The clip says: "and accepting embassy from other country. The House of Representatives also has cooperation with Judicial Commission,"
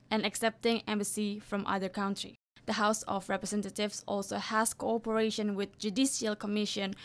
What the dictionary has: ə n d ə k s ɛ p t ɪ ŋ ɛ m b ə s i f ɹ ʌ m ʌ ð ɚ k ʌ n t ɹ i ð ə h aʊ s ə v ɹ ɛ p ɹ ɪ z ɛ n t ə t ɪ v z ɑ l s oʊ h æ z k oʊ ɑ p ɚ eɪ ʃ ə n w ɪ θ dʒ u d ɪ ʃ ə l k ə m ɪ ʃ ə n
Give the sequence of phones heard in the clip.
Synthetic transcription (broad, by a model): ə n ə k s ɛ p t ɪ ŋ ɛ m b ə s i f ɹ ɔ m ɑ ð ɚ k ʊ n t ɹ i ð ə h aʊ s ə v ɹ ɛ p ɹ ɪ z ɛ n t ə t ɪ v s ɑ l s oʊ h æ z k oʊ ɑ p ɚ eɪ ʃ ə n w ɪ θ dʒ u d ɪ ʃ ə l k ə m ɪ ʃ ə n